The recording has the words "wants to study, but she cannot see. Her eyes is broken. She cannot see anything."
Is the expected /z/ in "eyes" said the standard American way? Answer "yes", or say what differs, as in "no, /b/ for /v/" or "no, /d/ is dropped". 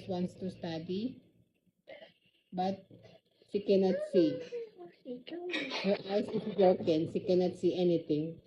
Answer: no, /s/ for /z/